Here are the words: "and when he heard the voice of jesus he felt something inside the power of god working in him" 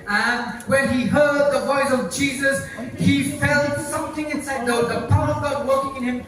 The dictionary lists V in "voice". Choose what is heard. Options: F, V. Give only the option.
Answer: V